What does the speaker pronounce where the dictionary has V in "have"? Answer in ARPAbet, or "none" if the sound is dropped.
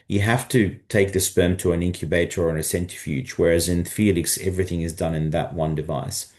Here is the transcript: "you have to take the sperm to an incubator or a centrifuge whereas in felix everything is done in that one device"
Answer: F